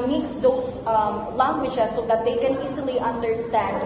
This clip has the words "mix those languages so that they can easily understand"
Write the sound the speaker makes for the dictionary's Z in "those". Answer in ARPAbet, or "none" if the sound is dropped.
S